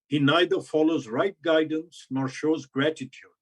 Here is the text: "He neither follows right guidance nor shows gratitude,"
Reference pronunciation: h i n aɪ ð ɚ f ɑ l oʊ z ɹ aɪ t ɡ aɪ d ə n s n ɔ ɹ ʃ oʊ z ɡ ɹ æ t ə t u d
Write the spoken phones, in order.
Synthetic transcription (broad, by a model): h i n aɪ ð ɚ f ɑ l oʊ z ɹ aɪ t ɡ aɪ d ə n s n ɔ ɹ ʃ oʊ z ɡ ɹ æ t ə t u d